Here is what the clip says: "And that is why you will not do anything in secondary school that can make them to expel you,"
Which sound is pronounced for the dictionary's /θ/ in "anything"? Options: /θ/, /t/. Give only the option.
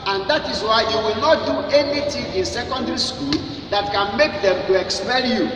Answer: /t/